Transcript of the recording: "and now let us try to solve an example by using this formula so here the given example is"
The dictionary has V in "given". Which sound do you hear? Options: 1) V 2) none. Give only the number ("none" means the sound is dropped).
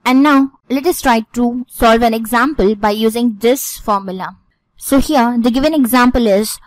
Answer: 1